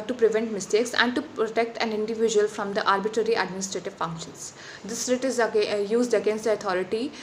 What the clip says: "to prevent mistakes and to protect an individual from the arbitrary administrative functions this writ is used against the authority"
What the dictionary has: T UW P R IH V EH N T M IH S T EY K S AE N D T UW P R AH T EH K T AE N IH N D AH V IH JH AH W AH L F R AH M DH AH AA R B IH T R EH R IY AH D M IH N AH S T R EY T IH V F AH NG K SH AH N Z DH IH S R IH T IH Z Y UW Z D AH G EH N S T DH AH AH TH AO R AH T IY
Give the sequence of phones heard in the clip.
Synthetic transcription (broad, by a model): T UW P R IH V EH N T M IH S T EY K S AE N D T UW P R AH T EH K T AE N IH N D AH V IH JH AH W AH L F R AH M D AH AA R B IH T R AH R IY AH D M IH N AH S T R EY T IH V F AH NG K SH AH N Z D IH S R IH T IH Z Y UW Z D AH G EH N S T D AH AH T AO R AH T IY